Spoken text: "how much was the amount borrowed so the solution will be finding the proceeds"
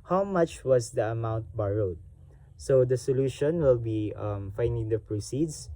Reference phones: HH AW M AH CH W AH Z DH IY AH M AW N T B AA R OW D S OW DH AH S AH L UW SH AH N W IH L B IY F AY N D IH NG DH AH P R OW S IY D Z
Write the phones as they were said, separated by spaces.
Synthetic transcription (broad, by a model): HH AW M AH CH W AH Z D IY AH M AW N T B AA R OW D S OW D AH S AH L UW SH AH N W IH L B IY F AY N D IH NG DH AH P R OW S IY D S